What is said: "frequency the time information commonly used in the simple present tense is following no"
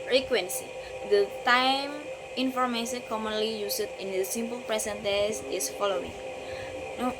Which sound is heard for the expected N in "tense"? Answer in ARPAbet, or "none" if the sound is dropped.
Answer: none